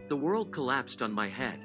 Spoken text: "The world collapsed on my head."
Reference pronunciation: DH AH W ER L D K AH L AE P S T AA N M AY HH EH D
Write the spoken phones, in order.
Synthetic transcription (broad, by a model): DH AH W ER L D K AH L AE P S T N M AY HH EH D